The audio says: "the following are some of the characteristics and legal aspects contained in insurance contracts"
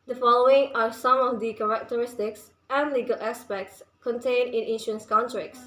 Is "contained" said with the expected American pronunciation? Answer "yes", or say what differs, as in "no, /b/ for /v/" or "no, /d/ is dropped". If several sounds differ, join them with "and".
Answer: no, /d/ is dropped